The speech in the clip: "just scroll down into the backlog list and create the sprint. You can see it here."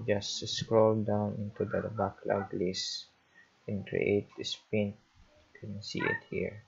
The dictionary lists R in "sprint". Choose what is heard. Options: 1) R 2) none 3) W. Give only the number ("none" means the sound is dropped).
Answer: 2